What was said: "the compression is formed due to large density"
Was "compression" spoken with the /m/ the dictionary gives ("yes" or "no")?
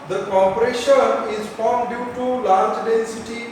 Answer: no